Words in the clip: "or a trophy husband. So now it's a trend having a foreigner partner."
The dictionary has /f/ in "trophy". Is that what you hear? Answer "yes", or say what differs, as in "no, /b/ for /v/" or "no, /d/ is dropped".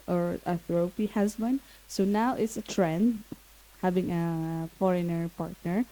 no, /p/ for /f/